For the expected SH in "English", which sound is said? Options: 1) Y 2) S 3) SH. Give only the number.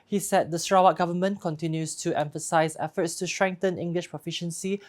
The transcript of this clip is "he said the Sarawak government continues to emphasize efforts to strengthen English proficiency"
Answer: 3